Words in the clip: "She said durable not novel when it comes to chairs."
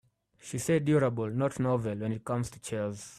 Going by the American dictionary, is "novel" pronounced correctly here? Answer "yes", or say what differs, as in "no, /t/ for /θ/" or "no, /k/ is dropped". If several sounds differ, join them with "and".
yes